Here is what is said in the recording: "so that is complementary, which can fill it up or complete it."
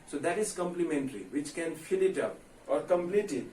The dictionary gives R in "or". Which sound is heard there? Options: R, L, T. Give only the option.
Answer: R